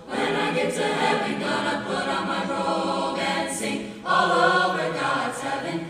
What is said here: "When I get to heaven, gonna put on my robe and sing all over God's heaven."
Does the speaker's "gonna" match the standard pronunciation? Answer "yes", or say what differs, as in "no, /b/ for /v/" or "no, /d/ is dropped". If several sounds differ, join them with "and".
no, /n/ is dropped